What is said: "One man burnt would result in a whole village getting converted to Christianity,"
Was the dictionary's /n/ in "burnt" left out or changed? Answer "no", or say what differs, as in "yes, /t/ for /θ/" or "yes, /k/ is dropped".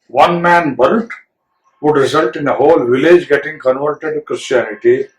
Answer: yes, /l/ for /n/